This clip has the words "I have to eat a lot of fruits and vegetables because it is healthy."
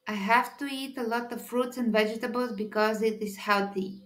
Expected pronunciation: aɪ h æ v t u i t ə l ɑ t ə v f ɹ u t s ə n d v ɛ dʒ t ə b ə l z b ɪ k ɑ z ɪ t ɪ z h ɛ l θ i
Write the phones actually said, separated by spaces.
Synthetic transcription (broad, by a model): aɪ h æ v t u i t ə l ɑ t ə v f ɹ u t s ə n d v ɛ dʒ t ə b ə l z b ɪ k ɑ z ɪ t ɪ z h ɛ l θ i